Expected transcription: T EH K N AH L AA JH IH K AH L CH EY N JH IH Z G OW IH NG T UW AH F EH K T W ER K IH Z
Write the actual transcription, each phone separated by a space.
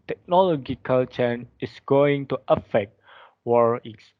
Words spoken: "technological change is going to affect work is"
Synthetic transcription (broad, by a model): T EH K N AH L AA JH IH K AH L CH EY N IH S G OW IH NG T UW AH F EH K T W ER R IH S